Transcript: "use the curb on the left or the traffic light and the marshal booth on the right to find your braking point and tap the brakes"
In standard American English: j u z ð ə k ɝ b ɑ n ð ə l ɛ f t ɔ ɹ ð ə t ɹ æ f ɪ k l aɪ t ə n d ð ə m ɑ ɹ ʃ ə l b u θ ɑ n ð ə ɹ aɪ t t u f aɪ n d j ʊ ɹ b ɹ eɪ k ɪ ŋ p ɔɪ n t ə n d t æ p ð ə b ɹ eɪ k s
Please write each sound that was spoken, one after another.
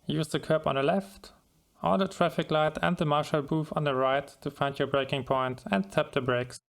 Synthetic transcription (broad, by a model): j u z ð ə k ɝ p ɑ n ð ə l ɛ f t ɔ l ð ə t ɹ æ f ɪ k l aɪ t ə n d ð ə m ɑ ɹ ʃ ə l b u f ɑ n ð ə ɹ aɪ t t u f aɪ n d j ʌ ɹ b ɹ eɪ k ɪ ŋ p ɔɪ n t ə n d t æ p ð ə b ɹ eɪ k s